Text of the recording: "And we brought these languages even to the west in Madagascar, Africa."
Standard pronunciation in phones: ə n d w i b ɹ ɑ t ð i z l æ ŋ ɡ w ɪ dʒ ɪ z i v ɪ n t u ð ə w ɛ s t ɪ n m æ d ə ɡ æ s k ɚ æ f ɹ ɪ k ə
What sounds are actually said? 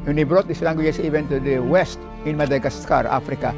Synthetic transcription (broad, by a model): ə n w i b ɹ ɑ t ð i s l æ ŋ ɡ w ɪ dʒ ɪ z i v ɪ n t u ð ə w ɛ s t ɪ n m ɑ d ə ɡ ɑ s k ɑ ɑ f ɹ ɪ k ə